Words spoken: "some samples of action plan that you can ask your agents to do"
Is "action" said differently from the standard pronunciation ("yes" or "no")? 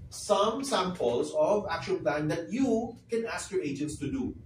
yes